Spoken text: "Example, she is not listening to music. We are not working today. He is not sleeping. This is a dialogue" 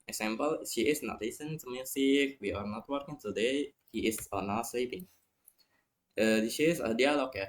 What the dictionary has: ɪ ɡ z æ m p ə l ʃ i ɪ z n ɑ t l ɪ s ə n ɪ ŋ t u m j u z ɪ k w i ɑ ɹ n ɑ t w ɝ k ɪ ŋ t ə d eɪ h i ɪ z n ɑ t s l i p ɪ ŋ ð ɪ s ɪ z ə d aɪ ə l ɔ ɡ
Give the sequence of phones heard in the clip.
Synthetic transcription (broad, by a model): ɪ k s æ m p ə l ʃ i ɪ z n ɑ t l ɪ s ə n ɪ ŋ t u m j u s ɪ k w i ɑ ɹ n ɑ t w ɝ k ɪ ŋ t ə d eɪ h i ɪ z n ɑ t s l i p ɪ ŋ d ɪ ʃ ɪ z ə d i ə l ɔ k